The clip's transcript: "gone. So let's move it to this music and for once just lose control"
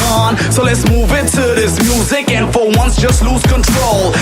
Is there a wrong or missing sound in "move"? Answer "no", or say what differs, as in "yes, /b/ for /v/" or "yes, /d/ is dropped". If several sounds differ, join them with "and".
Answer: no